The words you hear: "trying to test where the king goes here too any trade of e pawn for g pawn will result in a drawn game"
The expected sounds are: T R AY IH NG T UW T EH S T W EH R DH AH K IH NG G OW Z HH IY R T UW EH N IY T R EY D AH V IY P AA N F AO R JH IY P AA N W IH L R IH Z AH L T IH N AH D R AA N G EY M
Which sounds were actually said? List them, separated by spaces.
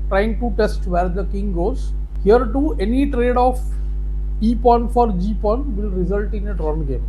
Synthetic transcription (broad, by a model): T R AY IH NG T UW T EH S T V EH R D AH K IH NG G OW Z HH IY R T UW EH N IY T R EY D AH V IY P AA N F AO R JH IY P AA N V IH L R IH Z AH L T IH N AH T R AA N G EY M